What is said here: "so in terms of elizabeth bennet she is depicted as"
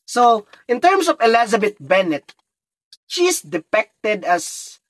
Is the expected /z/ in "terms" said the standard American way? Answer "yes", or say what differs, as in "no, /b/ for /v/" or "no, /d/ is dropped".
no, /s/ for /z/